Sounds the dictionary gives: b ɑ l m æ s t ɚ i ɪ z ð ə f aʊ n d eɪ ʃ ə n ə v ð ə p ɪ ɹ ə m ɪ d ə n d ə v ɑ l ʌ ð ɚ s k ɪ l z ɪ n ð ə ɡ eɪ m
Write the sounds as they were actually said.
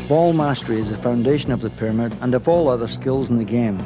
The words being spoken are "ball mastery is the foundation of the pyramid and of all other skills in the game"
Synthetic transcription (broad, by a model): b ɑ l m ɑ s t ɚ i ɪ z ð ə f aʊ n d eɪ ʃ ə n ə v ð ə p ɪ ɹ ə m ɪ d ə n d ə v ɑ l ʌ ð ɚ s k ɪ l z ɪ n ð ə ɡ eɪ m